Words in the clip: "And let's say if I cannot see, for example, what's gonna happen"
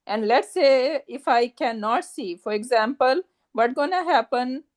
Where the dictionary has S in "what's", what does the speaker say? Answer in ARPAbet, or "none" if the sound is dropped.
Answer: none